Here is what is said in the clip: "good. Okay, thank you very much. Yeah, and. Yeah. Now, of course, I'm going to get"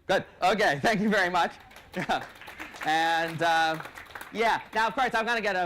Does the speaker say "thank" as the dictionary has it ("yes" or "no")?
yes